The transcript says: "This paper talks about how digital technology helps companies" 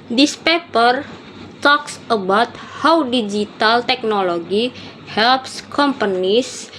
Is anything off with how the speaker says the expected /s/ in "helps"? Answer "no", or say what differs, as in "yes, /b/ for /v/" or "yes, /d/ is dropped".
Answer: no